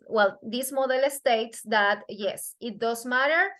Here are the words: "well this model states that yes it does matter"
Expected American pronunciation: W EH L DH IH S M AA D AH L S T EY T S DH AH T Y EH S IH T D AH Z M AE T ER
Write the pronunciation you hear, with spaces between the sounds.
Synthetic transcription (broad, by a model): W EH L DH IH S M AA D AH L S T EY T S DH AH T Y EH S IH T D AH S M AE T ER